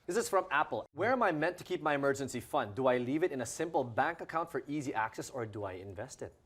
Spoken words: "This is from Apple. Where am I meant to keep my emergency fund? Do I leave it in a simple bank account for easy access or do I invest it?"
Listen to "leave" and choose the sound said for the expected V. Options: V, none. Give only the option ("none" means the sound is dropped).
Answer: V